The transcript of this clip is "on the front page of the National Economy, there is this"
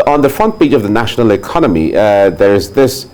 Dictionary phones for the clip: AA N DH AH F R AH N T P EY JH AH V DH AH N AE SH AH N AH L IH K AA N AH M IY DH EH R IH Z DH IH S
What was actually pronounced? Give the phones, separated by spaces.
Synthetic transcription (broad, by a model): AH N DH AH F R AH N T B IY CH AH V DH AH N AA SH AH N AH L IH K AA N AH M IY DH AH R IH Z DH IH S